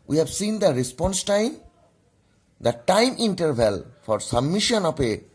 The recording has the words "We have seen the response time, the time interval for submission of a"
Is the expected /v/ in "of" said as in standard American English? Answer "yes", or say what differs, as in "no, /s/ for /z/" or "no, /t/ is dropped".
no, /p/ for /v/